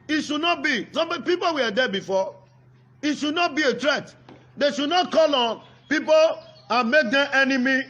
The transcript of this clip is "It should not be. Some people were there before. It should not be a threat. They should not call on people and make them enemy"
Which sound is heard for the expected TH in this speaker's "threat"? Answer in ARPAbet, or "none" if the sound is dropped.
T